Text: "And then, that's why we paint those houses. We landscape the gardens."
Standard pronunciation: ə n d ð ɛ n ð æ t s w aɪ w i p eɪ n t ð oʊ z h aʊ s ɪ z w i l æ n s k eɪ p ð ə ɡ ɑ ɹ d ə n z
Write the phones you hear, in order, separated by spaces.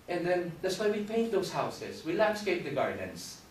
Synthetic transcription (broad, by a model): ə n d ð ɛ n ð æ t s w aɪ w i p eɪ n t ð oʊ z h aʊ s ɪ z w i l æ n s k eɪ p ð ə ɡ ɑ ɹ d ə n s